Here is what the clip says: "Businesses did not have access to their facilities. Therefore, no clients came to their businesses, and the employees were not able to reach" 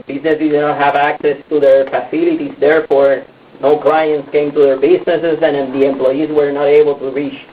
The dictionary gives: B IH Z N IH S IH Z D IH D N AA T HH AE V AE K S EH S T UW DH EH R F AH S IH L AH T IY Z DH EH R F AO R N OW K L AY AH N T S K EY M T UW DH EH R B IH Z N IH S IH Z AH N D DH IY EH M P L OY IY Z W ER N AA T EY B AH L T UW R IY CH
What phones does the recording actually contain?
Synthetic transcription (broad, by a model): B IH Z N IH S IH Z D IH N AA T HH AE V AE K S EH S T UW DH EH R F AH S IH L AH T IY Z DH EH R F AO R N OW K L AY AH N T S K EY M T UW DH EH R B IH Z N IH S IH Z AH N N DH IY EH M P L OY IY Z W ER N AA T EY B AH L T UW R IY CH